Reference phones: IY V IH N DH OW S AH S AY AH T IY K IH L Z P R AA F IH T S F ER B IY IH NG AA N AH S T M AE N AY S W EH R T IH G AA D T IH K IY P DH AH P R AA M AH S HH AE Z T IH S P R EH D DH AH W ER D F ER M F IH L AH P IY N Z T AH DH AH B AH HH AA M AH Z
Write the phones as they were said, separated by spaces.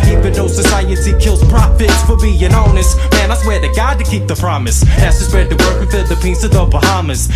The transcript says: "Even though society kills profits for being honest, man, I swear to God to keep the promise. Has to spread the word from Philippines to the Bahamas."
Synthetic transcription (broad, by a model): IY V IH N OW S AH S AY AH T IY K IH L Z P R AA F IH T S F ER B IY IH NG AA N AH S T M AE N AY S W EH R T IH G AA D T IH K IY P DH AH P R AA M AH S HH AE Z T IH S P EH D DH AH W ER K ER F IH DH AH P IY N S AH DH AH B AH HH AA M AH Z